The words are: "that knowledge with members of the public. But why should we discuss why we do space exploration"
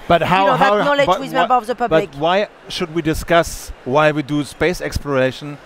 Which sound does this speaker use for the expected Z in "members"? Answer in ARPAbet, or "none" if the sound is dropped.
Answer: none